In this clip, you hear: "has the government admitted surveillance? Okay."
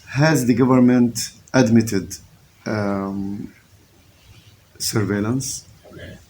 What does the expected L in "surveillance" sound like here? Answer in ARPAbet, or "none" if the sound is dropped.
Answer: L